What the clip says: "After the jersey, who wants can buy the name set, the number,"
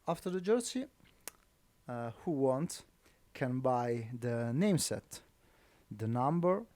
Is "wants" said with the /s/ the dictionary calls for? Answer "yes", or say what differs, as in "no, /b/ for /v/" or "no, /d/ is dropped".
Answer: no, /s/ is dropped